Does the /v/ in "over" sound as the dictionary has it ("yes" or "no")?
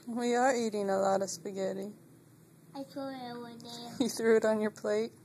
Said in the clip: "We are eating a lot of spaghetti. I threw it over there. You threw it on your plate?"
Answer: no